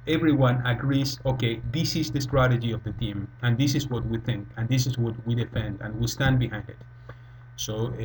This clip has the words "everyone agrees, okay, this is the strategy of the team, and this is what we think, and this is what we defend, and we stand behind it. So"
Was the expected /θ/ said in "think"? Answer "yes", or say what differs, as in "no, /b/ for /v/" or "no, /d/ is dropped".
yes